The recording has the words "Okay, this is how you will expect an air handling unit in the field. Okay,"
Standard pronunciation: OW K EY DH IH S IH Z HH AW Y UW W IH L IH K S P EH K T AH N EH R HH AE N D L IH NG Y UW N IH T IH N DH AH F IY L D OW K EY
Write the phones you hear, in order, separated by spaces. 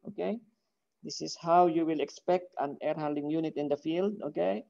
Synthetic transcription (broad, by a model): OW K EY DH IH S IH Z HH AW Y UW W IH L IH K S P EH K T AH N EH R HH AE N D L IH NG Y UW N IH T IH N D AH F IY L D OW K EY